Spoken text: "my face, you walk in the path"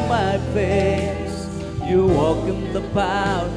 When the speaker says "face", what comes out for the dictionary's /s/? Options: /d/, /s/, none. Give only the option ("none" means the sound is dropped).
none